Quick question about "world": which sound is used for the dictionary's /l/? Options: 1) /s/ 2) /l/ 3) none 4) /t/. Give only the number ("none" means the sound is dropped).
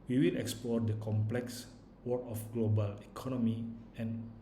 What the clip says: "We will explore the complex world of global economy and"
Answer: 3